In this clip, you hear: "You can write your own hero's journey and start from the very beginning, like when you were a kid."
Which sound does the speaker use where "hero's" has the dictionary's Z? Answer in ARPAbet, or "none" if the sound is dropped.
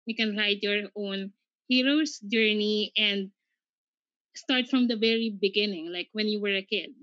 S